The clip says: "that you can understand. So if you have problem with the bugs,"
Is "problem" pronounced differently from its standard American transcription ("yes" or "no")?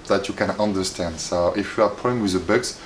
yes